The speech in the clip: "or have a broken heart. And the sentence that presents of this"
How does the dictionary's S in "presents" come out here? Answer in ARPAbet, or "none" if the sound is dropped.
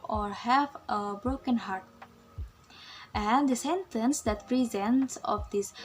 S